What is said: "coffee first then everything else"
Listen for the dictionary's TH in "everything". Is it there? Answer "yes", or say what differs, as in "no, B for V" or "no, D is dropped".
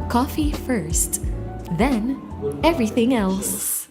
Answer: yes